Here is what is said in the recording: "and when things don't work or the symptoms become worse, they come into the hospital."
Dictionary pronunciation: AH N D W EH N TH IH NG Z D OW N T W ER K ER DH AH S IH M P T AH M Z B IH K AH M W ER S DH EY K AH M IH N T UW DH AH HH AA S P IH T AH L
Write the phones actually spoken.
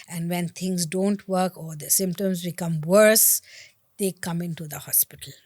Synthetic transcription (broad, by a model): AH N D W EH N T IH NG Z D OW N T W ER K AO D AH S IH M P T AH M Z B IH K AH M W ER S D EY K AH M IH N T UW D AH HH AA S P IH T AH L